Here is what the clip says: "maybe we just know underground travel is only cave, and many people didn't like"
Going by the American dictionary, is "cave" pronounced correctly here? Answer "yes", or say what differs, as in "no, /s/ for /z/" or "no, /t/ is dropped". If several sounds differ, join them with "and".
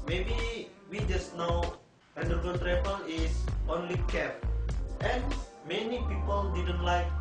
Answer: no, /p/ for /v/